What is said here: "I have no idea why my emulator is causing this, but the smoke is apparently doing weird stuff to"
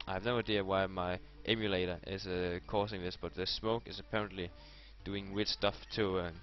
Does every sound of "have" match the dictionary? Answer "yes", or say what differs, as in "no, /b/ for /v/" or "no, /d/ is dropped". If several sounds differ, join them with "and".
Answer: yes